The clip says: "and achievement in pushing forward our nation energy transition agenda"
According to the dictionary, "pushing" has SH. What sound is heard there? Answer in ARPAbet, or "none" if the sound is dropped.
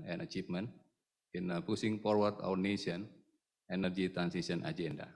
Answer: S